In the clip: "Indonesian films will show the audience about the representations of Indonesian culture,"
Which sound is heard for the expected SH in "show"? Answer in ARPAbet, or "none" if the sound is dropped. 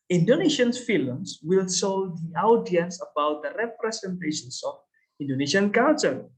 S